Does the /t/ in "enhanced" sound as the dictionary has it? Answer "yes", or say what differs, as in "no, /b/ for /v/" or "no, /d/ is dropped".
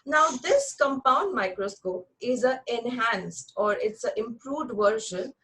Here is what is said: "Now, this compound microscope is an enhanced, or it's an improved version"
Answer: yes